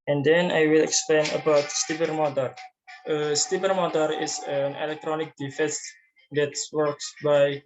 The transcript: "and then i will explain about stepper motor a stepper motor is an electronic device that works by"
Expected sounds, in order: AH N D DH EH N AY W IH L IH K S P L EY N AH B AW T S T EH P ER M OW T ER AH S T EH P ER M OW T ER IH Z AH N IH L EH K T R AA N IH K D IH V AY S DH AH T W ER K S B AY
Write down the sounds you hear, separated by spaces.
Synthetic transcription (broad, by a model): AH N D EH N AY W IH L IH K S P L EY N AH B AW T S T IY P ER M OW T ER AH S T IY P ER M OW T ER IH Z AH N IH L EH K T R AA N IH K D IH F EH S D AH T W ER K S B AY